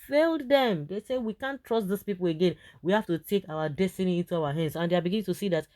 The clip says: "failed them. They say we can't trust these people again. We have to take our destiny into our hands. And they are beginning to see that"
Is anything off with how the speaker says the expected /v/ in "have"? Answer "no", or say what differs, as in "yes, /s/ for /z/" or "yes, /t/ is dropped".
yes, /f/ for /v/